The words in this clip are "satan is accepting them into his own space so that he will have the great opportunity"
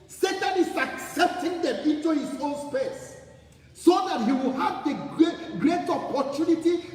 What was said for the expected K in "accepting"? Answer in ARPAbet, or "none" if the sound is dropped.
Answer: K